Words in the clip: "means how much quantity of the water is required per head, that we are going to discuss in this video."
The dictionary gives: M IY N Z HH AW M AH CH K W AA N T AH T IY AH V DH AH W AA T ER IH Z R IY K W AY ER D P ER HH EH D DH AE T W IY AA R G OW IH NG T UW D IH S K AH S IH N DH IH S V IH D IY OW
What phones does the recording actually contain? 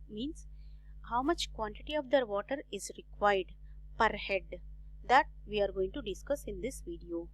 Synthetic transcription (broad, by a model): M IY N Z HH AW M AH CH K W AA N T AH T IY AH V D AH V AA T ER IH Z R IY K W AY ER D P ER HH EH D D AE T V IY AA R G OW IH NG T UW D IH S K AH S IH N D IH S V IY D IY OW